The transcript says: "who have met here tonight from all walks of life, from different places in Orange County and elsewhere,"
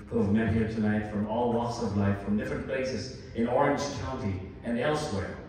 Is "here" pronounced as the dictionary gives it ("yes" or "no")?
yes